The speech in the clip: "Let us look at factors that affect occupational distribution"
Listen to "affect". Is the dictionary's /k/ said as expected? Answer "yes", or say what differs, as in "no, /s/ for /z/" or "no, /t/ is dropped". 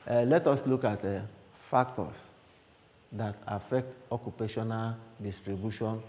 yes